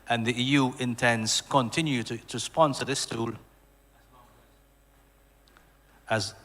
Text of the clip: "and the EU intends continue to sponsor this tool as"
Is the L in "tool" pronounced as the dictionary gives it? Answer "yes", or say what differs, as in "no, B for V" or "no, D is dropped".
yes